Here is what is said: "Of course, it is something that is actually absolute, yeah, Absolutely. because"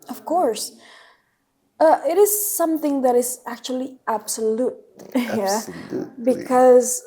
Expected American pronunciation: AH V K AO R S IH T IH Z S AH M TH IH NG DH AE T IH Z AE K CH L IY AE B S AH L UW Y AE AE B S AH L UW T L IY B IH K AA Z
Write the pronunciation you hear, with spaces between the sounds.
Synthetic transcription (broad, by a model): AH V K AO R S IH T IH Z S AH M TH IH NG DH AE T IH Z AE K CH IY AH L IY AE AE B S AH L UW T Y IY B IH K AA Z